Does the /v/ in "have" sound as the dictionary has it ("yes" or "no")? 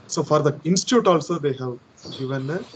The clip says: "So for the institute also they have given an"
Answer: yes